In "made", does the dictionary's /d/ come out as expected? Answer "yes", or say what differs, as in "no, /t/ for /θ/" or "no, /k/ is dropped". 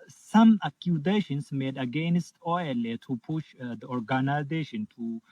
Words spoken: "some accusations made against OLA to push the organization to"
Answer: yes